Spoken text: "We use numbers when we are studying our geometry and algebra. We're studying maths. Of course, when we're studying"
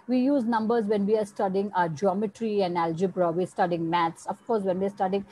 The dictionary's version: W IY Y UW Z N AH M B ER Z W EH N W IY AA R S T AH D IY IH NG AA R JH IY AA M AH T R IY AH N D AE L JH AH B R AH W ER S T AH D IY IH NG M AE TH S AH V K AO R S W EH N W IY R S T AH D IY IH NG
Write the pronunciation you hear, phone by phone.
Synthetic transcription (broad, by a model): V IY Y UW Z N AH M B ER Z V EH N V IY AA R S T AH D IY IH NG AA JH IY AA M AH T R IY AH N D AE L JH AH B R AH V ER S T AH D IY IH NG M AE T S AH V K AO R S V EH N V IY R S T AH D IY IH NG